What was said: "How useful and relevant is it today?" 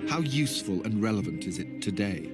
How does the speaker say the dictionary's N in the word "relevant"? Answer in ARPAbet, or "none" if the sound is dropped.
N